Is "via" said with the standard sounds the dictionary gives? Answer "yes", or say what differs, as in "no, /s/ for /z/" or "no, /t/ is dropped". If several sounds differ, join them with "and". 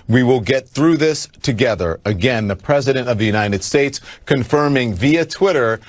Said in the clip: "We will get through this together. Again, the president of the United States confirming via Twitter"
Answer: yes